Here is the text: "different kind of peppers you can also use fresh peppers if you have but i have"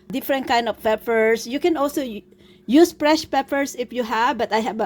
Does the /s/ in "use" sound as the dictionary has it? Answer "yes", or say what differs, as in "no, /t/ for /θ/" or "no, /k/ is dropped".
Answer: yes